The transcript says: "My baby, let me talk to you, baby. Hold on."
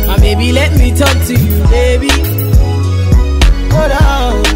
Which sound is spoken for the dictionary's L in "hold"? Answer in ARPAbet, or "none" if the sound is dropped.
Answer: none